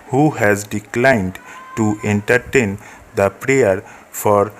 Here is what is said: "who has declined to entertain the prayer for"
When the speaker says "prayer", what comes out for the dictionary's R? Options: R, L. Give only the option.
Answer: R